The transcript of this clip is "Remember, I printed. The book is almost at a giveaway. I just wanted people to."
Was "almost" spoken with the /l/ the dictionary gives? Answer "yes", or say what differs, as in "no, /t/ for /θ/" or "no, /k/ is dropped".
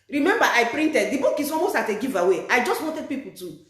no, /l/ is dropped